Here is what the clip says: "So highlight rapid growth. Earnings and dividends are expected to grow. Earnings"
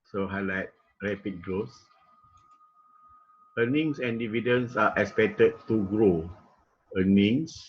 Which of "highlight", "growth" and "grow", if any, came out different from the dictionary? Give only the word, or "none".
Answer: growth